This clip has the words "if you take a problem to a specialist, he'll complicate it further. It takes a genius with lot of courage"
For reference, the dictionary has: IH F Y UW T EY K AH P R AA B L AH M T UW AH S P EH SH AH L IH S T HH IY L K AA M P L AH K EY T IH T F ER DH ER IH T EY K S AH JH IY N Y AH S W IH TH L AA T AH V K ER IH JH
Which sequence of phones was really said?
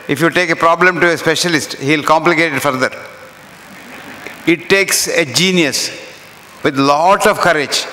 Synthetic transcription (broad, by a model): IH F Y UW T EY K AH P R AA B L AH M T UW AH S P EH SH AH L IH S T HH IY L K AA M P L AH K EY T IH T F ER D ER IH T EY K S AH JH IY N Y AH S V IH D L AA T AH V K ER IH JH